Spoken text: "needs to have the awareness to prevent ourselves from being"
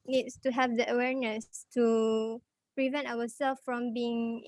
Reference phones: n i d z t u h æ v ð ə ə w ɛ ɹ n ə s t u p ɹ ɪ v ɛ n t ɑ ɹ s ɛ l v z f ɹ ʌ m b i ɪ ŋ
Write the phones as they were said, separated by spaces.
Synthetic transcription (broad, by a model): n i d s t u h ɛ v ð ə ə w ɛ ɹ n ə s t u p ɹ ɪ v ɛ n t ɑ w s ɛ l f f ɹ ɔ m b i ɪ ŋ